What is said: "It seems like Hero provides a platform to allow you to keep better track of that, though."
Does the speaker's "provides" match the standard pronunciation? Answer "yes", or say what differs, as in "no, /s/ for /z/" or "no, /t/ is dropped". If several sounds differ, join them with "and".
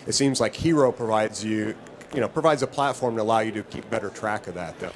yes